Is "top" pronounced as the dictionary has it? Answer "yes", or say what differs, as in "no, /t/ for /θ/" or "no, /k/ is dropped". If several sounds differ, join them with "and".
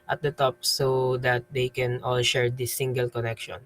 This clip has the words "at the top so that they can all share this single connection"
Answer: yes